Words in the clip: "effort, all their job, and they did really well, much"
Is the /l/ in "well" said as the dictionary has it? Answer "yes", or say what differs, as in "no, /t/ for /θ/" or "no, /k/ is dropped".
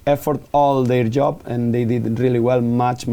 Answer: yes